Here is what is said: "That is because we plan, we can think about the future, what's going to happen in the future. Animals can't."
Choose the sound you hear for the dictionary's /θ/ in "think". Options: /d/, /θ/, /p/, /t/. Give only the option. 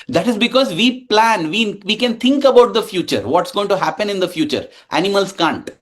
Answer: /t/